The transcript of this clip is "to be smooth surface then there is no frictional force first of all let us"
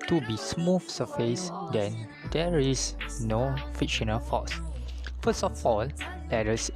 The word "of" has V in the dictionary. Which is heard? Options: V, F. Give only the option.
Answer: F